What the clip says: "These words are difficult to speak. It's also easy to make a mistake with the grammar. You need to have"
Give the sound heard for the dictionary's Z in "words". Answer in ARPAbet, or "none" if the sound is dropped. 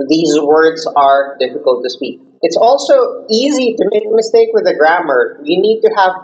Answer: Z